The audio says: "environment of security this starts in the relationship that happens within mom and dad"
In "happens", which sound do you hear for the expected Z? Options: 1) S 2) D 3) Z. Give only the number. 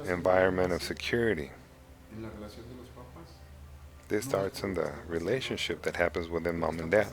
3